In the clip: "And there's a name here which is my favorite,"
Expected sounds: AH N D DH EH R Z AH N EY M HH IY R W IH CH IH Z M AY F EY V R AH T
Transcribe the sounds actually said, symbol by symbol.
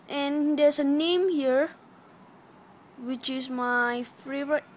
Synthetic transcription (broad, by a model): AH N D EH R S AH N EY M HH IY R W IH CH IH S M AY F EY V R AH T